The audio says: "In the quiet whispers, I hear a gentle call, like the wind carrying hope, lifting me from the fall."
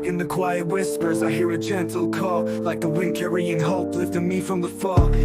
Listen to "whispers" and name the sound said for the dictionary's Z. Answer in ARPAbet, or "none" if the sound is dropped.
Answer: Z